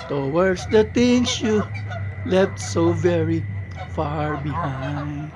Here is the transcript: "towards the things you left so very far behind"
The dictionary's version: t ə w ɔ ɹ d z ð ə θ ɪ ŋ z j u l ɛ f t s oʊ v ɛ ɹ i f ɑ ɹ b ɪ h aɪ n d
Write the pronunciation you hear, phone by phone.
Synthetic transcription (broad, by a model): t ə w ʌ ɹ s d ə t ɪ ŋ s j u l ɛ f t s oʊ v ɛ ɹ i f ɑ ɹ b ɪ h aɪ n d